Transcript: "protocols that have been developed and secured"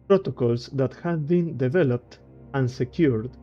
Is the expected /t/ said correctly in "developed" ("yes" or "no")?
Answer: yes